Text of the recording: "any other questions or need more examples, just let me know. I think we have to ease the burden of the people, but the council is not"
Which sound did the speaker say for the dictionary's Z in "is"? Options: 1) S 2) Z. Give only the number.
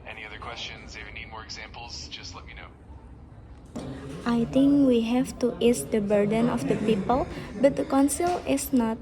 1